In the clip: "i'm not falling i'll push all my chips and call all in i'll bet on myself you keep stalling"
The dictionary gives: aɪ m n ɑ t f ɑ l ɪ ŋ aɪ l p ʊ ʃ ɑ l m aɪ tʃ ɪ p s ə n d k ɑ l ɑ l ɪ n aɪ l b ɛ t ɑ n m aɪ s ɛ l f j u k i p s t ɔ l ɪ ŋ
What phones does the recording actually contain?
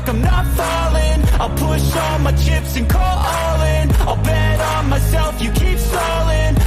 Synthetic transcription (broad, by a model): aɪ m n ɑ t f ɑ l ɪ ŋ aɪ l p ʊ ʃ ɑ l m aɪ tʃ ɪ p s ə n k ɑ l ɑ l ɪ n aɪ l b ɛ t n m aɪ s ɛ l f j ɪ k i p s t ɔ l ɪ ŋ